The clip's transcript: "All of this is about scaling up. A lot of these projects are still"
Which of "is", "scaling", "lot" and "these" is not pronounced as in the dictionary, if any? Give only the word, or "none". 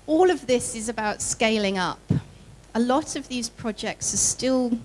none